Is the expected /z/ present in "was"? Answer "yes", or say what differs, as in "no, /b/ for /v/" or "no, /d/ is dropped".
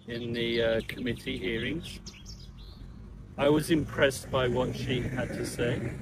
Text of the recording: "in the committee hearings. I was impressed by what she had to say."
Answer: yes